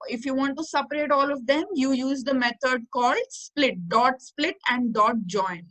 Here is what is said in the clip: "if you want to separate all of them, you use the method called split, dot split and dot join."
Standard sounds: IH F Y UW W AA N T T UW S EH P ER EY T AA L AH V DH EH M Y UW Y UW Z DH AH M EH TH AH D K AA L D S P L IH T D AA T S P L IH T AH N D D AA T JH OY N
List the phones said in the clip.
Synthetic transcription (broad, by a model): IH F Y UW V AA N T T UW S EH P ER EY T AA L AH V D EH M Y UW Y UW Z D AH M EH T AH D K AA L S S P L IH T D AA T S P L IH T AH N D D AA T JH OY N